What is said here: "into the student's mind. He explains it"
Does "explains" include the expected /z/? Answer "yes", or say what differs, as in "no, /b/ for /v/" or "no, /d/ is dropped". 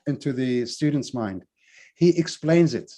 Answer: yes